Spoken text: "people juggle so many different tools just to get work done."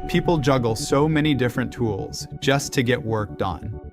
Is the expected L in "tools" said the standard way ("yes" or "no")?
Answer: yes